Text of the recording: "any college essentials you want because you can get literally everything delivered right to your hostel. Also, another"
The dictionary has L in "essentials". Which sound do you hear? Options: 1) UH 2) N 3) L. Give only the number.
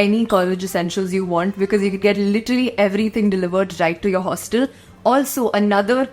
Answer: 3